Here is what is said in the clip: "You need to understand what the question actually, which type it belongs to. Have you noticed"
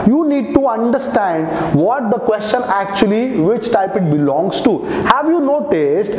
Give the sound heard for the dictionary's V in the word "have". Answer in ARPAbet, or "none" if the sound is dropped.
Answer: V